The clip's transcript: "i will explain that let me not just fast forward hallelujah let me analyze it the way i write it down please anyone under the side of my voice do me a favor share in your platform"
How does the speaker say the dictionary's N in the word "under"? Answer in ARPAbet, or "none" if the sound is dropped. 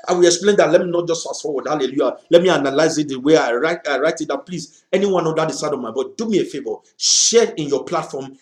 none